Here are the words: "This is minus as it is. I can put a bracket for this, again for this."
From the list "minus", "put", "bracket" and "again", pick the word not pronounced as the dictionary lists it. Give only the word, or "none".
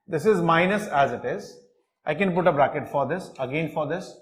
none